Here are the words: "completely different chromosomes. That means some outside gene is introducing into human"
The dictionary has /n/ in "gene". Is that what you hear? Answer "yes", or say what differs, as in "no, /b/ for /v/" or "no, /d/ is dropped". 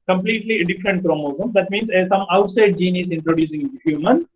yes